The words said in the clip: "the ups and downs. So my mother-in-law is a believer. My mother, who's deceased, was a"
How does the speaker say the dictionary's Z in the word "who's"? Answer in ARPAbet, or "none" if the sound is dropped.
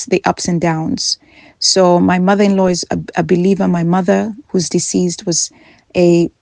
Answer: Z